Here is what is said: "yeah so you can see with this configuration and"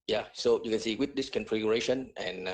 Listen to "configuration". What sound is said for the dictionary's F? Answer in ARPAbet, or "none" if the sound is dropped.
F